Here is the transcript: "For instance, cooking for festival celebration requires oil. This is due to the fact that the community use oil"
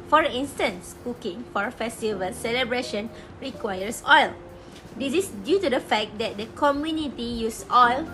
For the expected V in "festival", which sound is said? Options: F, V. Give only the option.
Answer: V